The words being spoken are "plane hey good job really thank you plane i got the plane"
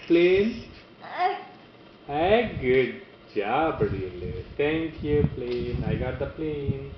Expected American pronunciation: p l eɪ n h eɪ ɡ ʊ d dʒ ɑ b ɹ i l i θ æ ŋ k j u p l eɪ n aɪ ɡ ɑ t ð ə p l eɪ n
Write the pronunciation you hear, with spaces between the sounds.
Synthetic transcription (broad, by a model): p l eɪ n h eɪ ɡ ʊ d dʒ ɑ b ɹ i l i t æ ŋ k j u p l eɪ n aɪ ɡ ɑ t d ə p l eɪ n